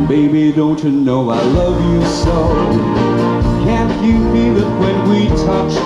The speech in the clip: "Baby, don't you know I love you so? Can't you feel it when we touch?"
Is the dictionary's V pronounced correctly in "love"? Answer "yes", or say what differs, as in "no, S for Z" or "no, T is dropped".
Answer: yes